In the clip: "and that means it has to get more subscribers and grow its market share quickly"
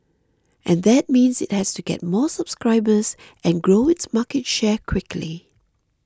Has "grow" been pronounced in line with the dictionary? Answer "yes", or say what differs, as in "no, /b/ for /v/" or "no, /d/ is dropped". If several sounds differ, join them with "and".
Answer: yes